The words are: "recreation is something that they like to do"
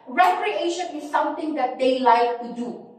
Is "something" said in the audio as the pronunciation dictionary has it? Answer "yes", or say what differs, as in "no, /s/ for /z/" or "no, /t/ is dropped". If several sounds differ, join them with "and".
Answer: no, /t/ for /θ/